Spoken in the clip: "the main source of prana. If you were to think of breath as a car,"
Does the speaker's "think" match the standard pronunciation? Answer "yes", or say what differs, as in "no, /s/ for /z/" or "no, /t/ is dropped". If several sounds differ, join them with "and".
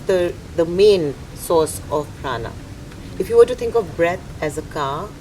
no, /t/ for /θ/